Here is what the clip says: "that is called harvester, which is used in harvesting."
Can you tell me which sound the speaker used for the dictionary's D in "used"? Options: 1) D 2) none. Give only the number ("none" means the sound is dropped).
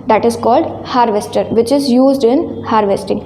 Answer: 1